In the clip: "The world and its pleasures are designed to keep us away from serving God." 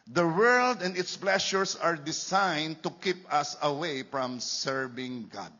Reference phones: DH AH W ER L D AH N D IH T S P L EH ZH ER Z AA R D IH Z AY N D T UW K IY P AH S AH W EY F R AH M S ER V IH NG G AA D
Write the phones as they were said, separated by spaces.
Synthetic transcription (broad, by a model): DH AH W ER L D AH N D IH T S P L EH SH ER S AA R D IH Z AY N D T UW K IY P AH S AH W EY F R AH M S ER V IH NG G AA D